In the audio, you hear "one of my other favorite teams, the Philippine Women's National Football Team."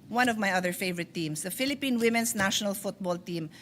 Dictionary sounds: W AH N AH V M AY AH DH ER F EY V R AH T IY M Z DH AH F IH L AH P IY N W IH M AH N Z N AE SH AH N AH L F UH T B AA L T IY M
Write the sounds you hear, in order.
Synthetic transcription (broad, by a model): W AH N AH V M AY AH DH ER F EY V R AH T IY M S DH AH F IH L AH P IY N W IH M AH N S N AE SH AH N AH L F UH T B AA L T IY M